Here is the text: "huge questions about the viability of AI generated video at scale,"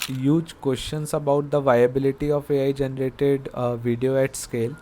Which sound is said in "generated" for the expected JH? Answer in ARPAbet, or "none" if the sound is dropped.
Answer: JH